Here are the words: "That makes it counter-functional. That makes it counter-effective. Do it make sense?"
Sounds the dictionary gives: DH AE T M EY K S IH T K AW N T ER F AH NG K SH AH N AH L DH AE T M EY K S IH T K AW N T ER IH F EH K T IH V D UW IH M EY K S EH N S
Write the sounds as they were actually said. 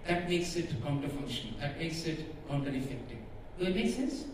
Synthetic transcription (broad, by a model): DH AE T M EY K S IH T K AW N T ER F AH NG SH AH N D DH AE T M EY K S IH T K AW N T ER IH F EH K T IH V IH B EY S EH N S